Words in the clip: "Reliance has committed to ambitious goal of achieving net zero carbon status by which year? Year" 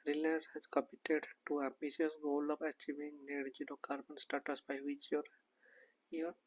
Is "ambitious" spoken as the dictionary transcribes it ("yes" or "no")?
no